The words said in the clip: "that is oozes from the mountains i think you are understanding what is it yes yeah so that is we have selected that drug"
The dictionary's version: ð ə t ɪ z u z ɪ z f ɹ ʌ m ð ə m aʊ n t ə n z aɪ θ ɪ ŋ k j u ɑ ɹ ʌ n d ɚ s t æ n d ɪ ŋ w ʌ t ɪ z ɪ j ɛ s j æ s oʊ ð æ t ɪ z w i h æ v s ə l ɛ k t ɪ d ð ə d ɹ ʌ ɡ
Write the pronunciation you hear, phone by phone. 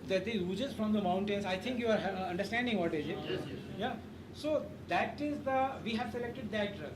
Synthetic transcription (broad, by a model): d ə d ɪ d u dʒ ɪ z f ɹ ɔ m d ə m aʊ n t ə n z aɪ t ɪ ŋ k j u ɑ ɹ ʌ n d ɚ s t æ n d ɪ ŋ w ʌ t ɪ z ɪ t j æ s oʊ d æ t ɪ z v i h æ v s ə l ɛ k t ɪ d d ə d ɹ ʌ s